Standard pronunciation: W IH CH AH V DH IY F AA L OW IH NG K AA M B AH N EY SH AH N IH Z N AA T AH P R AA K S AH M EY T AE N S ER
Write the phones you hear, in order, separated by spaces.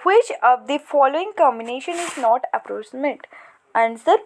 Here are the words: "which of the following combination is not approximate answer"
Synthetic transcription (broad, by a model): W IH CH AH V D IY F AA L OW IH NG K AA M B AH N EY SH AH N IH Z N AA T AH P R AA S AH M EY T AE N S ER